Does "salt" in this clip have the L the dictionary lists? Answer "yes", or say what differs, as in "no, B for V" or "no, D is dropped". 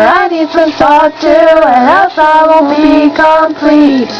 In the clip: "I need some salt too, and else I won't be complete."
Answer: no, L is dropped